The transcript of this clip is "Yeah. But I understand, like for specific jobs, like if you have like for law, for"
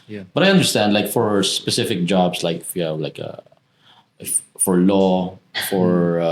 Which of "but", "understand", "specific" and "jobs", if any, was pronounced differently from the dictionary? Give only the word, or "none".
jobs